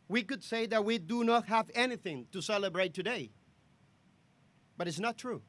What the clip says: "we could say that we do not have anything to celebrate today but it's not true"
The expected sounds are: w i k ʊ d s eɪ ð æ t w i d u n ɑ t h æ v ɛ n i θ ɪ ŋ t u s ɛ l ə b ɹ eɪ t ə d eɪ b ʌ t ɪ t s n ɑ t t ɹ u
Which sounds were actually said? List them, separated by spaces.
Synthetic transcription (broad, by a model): w i k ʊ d s eɪ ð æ t w i d u n ɑ t h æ v ɛ n i θ ɪ ŋ t u s ɛ l ə b ɹ eɪ t ə d eɪ b ʌ t ɪ t s n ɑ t t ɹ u